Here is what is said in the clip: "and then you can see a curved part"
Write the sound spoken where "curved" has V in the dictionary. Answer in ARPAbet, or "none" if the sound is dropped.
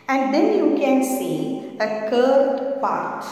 none